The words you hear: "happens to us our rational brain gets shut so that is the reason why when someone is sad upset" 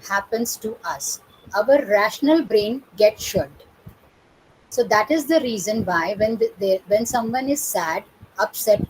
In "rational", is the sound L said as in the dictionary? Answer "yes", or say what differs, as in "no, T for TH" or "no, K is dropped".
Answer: yes